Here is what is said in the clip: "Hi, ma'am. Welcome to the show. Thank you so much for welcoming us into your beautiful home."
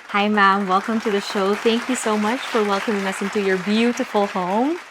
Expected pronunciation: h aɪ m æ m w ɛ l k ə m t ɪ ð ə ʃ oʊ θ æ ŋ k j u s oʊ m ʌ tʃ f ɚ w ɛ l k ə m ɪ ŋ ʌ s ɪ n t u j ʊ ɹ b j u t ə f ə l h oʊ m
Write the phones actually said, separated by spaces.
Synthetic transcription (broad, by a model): h aɪ m æ m w ɛ l k ə m t ɪ ð ə ʃ oʊ θ æ ŋ k j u s oʊ m ʌ tʃ f ɚ w ɛ l k ə m ɪ ŋ ʌ s ɪ n t u j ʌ ɹ b j u t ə f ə l h oʊ m